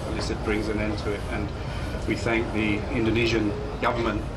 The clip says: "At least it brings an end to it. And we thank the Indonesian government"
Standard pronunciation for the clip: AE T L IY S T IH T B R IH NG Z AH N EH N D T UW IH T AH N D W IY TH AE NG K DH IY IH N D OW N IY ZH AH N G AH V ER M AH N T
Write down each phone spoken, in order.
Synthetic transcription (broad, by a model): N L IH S IH T B R IH NG Z AH N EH N T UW IH T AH N W IY TH AE NG K DH IY IH N D OW N IY ZH AH N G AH V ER M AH N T